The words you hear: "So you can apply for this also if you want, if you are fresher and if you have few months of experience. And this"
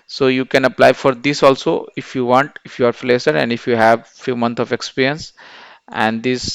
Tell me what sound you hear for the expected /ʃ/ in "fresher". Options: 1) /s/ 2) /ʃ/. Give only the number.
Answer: 1